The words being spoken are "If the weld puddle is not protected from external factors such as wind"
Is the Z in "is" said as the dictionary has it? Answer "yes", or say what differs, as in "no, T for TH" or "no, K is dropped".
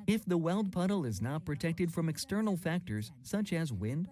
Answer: yes